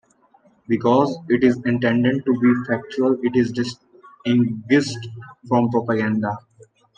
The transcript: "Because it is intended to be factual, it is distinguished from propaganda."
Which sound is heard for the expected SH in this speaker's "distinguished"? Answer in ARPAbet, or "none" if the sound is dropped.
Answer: S